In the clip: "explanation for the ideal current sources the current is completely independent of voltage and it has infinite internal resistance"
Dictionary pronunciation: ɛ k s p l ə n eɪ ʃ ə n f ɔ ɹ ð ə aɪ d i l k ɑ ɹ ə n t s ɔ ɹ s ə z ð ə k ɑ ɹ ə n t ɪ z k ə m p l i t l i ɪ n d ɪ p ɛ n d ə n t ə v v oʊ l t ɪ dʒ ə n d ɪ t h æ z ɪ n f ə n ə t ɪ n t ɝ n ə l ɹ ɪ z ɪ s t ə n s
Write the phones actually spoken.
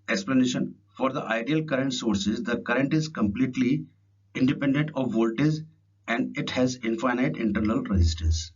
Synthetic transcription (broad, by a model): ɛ k s p l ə n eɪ ʃ ə n f ɔ ɹ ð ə aɪ d i l k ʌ ɹ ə n t s ɔ ɹ s ə z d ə k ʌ ɹ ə n t ɪ z k ə m p l i t l i ɪ n d ɪ p ɛ n d ə n t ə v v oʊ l t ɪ z ə n d ɪ t h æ z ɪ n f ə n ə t ɪ n t ɝ n ə l ɹ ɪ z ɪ s t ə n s